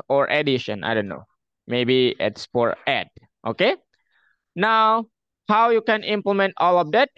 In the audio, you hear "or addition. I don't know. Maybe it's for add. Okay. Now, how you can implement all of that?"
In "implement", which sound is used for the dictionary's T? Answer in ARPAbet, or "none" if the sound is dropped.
T